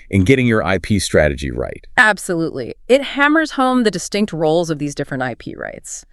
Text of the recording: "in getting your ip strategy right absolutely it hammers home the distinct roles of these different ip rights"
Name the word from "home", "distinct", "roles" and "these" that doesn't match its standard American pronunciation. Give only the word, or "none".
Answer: none